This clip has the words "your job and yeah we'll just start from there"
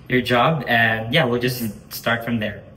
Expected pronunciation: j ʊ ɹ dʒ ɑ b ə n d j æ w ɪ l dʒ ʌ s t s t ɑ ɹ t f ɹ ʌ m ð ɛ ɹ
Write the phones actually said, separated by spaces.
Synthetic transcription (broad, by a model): j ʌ ɹ dʒ ɑ b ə n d j æ w ɪ l dʒ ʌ s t s t ɑ ɹ t f ɹ ʌ m ð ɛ ɹ